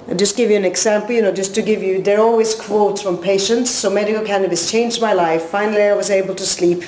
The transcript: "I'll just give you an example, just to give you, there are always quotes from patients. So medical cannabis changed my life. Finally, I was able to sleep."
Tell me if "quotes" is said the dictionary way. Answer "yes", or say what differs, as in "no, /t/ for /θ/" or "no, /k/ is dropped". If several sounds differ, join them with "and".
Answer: yes